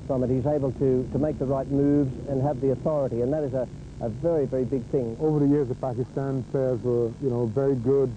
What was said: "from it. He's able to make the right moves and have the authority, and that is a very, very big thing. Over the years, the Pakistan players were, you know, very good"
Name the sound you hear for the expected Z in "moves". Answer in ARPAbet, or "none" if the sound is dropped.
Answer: Z